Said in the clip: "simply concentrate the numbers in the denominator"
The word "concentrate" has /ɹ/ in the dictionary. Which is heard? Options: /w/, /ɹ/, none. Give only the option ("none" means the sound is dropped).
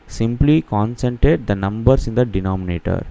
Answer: none